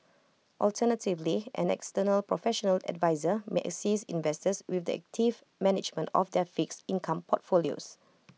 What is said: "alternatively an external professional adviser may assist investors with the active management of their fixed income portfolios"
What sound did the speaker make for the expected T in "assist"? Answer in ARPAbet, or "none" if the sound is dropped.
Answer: none